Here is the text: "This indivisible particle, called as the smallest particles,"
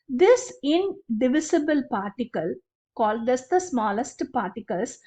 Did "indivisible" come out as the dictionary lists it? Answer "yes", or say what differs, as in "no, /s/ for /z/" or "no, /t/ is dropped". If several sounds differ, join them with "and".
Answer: yes